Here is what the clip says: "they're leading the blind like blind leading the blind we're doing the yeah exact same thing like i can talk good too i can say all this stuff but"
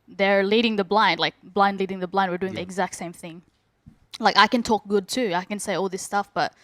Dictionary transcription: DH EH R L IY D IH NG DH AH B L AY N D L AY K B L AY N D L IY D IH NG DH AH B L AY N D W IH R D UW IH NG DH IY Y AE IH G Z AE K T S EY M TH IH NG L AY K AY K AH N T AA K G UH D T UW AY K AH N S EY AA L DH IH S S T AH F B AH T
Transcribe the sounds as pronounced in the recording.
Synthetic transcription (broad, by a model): DH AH R L IY D IH NG DH AH B L AY N D L AY K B L AY N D L IY D IH NG DH AH B L AY N D W IH R D UW IH NG DH IY IH G Z AE K T S EY M TH IH NG L AY K AY K AH N T AA K G UH D T UW AY K AH N S EY AA L DH IH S S T AH F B AH T